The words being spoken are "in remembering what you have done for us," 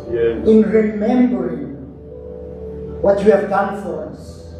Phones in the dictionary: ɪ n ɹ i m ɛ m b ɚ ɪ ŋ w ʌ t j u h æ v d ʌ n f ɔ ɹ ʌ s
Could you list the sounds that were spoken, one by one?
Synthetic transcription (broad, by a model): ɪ n ɹ i m ɛ m b ɚ ɪ ŋ w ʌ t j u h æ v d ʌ n f ɔ ɹ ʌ s